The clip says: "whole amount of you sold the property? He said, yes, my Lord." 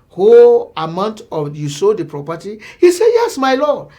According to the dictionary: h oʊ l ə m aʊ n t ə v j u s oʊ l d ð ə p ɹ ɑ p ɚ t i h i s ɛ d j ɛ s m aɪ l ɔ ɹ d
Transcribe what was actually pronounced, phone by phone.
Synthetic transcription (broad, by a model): h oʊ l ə m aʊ n t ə j u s oʊ d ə p ɹ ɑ p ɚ t i h i s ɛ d j ɛ s m aɪ l ɔ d